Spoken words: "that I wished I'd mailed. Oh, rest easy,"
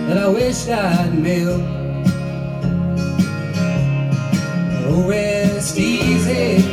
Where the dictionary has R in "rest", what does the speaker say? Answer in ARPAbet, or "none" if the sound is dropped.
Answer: W